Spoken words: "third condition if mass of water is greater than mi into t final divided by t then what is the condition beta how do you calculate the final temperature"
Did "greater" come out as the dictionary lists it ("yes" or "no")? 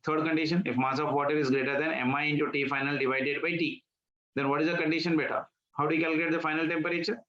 yes